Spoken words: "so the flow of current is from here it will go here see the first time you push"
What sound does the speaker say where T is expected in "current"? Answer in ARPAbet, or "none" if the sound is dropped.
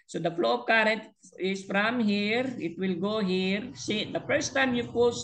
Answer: T